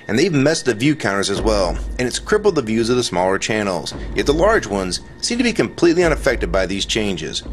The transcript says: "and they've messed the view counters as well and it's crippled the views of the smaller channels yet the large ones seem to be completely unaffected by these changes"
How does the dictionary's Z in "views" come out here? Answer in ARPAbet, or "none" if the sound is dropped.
Z